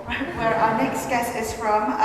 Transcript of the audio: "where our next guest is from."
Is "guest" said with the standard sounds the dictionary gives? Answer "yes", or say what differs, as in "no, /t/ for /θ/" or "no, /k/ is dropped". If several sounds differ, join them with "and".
no, /t/ is dropped